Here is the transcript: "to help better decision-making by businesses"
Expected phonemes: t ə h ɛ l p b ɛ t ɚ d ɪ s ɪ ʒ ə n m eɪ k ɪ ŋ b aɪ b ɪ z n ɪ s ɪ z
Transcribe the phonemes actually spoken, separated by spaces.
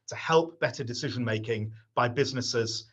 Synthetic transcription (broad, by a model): t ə h ɛ l p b ɛ t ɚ d ɪ s ɪ ʒ ə n m eɪ k ɪ ŋ b aɪ b ɪ z n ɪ s ɪ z